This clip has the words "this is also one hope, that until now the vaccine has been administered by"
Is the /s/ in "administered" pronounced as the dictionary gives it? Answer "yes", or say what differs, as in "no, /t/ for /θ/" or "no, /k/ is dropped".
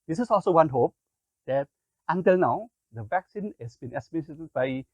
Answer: no, /s/ is dropped